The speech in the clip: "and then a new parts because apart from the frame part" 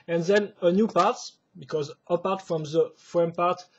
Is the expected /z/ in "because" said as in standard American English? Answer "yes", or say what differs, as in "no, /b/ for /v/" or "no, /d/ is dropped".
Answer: yes